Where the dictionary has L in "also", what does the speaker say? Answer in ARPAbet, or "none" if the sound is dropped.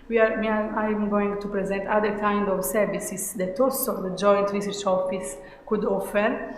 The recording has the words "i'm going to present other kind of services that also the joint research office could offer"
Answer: none